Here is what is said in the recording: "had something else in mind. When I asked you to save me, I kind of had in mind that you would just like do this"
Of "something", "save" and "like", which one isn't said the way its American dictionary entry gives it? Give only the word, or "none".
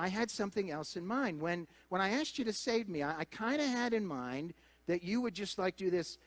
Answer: none